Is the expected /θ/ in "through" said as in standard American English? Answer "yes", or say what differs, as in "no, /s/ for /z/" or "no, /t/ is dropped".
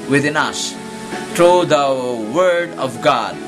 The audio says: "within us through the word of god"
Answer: no, /t/ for /θ/